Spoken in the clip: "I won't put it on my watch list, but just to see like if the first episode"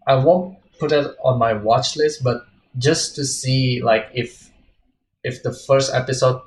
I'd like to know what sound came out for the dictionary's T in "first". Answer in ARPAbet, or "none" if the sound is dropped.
T